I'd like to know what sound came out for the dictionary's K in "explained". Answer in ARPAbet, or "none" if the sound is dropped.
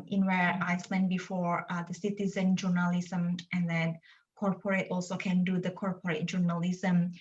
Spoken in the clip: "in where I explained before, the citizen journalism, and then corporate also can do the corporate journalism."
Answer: none